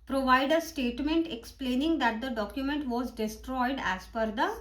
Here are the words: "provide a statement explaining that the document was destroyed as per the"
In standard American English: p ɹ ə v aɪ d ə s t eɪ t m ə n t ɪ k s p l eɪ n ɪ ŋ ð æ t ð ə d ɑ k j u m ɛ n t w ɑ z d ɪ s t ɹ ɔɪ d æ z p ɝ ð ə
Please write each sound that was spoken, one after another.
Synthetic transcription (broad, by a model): p ɹ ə v aɪ d ə s t eɪ t m ə n t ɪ k s p l eɪ n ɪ ŋ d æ t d ə d ɑ k j u m ɛ n t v ɑ z d ɪ s t ɹ ɔɪ d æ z f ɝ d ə